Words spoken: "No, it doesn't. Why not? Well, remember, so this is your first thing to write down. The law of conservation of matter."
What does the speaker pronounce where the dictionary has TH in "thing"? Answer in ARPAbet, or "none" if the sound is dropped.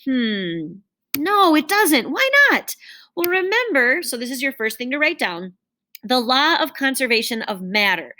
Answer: TH